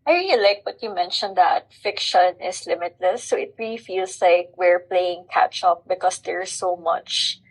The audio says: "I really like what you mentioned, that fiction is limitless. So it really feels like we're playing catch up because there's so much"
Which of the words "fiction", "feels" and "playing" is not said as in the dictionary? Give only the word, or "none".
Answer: feels